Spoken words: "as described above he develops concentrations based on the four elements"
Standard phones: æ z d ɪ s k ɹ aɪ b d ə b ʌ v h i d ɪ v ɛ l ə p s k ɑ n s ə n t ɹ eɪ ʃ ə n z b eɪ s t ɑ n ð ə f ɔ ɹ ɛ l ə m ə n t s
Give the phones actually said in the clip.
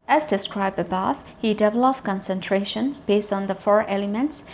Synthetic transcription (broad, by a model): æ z d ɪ s k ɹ aɪ b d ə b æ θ h i d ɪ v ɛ l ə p k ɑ n s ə n t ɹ eɪ ʃ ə n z b eɪ s t ɑ n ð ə f ɔ ɹ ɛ l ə m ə n t s